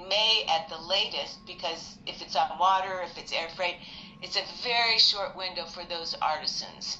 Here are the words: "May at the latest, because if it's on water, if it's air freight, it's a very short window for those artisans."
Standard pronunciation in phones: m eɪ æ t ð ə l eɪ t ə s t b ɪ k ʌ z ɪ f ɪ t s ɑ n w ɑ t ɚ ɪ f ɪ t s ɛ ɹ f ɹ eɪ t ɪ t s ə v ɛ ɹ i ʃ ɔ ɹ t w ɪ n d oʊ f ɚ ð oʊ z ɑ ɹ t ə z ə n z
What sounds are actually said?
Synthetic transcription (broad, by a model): m eɪ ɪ t ð ə l eɪ t ə s t b ɪ k ʌ z ɪ f ɪ t s n w ɑ t ɚ ɪ f ɪ t s ɛ ɹ f ɹ eɪ t ɪ t s ə v ɛ ɹ i ʃ ɔ ɹ t w ɪ n d oʊ f ɚ ð oʊ z ɑ ɹ t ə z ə n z